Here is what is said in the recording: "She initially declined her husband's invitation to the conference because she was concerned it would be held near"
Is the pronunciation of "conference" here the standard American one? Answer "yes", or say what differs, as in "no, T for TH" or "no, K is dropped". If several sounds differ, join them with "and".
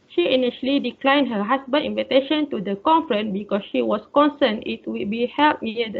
no, S is dropped